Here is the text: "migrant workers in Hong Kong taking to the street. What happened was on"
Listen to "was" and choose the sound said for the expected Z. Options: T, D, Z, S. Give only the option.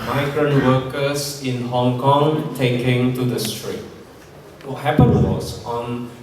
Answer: S